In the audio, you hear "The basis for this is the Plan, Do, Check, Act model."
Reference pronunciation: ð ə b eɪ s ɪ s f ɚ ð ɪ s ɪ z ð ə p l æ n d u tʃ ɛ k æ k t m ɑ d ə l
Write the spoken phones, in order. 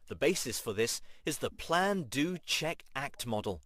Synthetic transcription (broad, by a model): ð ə b eɪ s ɪ s f ɚ ð ɪ s ɪ z ð ə p l æ n d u tʃ ɛ k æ k t m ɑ d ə l